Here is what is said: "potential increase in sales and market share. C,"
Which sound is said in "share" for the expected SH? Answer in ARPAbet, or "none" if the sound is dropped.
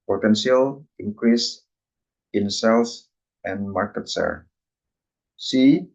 S